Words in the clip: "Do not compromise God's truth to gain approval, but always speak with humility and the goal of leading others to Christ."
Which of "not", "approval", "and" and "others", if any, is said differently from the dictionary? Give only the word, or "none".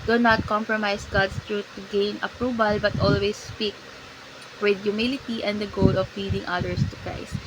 others